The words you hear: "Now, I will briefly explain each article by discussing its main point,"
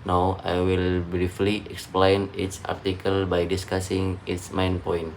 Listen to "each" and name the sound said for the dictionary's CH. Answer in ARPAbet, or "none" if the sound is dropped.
S